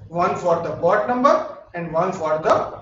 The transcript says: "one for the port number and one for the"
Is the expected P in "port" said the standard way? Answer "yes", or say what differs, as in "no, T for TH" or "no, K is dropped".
no, B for P